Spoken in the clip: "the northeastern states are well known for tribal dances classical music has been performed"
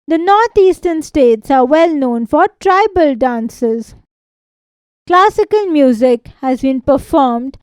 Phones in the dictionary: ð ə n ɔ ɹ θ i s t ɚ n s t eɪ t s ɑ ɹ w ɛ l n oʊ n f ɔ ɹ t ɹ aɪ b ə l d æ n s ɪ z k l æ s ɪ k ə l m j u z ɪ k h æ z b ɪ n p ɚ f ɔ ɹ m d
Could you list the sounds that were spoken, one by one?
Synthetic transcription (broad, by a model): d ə n ɔ ɹ t i s t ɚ n s t eɪ t s ɑ ɹ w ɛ l n oʊ n f ɔ ɹ t ɹ aɪ b ə l d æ n s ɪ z k l æ s ɪ k ə l m j u z ɪ k h æ z b ɪ n p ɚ f ɔ ɹ m d